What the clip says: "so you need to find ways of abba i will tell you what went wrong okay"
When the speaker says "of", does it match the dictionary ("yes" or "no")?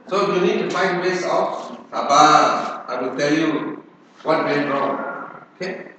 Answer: no